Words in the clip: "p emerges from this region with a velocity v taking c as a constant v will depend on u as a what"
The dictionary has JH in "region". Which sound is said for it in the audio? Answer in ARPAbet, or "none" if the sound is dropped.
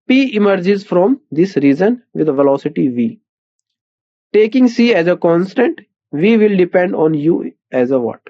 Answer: Z